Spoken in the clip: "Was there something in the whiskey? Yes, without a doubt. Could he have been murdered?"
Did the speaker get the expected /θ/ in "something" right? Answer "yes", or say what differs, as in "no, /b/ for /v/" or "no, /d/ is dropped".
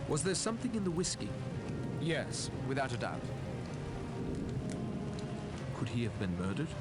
yes